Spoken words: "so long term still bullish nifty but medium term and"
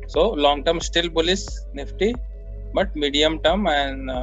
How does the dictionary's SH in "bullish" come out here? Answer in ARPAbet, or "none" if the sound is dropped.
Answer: S